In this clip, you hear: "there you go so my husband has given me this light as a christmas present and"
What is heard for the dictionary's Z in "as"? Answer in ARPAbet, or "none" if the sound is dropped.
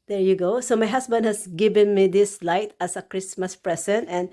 S